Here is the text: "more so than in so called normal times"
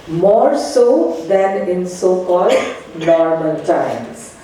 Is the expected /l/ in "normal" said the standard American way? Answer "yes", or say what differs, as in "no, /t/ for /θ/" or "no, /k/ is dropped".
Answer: no, /n/ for /l/